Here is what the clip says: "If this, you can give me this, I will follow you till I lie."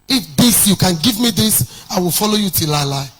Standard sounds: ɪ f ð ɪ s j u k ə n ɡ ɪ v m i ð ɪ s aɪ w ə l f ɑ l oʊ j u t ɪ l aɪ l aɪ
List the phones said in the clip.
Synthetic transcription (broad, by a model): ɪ f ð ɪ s j u k ə n ɡ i v m i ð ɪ s aɪ w ə l f ɑ l oʊ j u t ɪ l aɪ l aɪ